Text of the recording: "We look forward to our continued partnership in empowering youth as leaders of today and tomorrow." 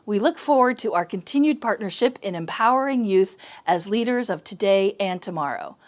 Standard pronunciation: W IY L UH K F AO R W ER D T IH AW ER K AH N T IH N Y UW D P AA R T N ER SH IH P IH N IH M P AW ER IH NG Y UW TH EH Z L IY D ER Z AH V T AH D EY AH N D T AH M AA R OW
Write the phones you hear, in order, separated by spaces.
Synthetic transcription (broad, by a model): W IY L UH K F AO R W ER D T IH AW ER K AH N T IH N Y UW D P AA R T N ER SH IH P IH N IH M P AW ER IH NG Y UW TH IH Z L IY D ER Z AH V T AH D EY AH N T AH M AA R OW